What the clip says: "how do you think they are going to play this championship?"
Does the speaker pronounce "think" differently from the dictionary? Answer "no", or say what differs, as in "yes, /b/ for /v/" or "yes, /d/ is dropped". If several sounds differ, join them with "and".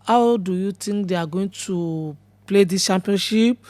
yes, /t/ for /θ/